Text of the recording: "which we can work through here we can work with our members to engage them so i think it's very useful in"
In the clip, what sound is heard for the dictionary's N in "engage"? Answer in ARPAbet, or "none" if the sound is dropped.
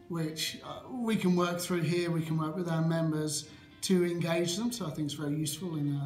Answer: N